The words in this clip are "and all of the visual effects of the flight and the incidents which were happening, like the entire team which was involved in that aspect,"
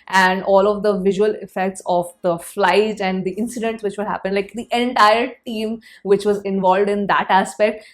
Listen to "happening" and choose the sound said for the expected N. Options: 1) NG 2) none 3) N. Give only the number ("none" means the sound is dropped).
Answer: 2